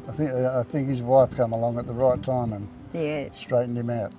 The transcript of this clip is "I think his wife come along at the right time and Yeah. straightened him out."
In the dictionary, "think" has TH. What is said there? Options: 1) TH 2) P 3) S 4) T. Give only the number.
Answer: 1